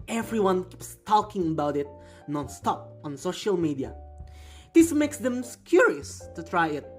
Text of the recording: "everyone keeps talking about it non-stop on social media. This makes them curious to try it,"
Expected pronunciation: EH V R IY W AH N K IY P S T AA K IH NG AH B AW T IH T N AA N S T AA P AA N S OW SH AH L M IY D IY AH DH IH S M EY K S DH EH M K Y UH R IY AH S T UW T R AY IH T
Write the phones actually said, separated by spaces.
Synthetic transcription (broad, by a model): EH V R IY W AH N K IY P S T AA K IH NG AH B AW T IH T N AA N S T AA P AA N S OW SH AH L M IY D IY AH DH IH S M EY K S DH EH M K Y UH R IY AH S T UW T R AY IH T